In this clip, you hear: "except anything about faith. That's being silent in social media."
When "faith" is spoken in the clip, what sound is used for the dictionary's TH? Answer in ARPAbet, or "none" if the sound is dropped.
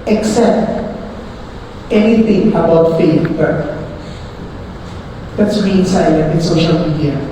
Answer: F